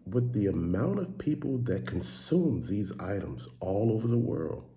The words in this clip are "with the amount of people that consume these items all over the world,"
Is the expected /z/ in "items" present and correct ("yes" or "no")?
yes